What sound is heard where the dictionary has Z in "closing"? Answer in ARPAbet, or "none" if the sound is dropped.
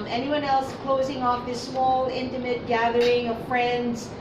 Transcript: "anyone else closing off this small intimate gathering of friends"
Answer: Z